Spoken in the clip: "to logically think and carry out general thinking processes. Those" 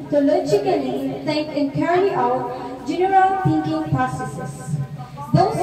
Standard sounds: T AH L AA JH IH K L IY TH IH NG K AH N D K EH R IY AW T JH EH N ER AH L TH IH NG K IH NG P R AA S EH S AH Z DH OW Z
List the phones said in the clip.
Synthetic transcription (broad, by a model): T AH L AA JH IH K L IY T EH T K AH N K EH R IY AW T JH EH N ER AH L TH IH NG K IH NG P R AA S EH S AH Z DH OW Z